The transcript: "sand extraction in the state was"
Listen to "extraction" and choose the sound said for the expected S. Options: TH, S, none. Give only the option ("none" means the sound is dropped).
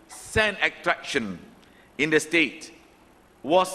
none